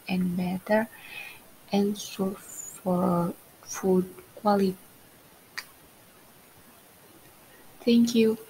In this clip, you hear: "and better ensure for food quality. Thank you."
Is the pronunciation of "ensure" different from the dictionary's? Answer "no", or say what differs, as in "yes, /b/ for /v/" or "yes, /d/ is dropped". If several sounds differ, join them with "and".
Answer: yes, /s/ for /ʃ/